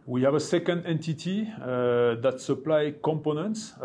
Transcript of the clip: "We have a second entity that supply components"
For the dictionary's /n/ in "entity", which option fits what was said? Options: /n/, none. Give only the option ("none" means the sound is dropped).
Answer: /n/